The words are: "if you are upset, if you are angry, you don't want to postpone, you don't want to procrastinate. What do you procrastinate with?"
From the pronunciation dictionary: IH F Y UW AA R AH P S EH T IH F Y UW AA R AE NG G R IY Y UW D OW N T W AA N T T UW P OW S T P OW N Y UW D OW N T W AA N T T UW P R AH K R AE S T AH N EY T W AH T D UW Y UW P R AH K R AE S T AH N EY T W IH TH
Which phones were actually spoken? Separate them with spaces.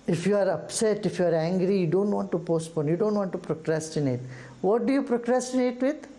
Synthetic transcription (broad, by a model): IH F Y UW AA R AH P S EH T IH F Y UW AA R AE NG G R IY Y UW D OW N T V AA N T T UW P OW S T P OW N Y UW D OW N T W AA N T T UW P R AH K R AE S T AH N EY T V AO T D UW Y UW P R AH K R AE S T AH N EY T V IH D